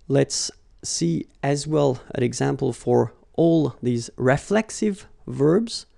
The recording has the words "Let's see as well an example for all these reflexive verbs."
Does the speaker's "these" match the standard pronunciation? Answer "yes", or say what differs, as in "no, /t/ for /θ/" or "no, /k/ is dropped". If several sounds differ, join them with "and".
yes